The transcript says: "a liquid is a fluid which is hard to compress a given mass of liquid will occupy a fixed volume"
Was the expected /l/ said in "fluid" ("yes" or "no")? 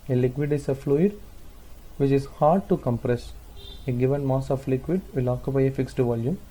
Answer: yes